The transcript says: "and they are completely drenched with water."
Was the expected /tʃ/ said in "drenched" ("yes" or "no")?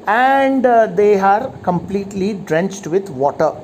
yes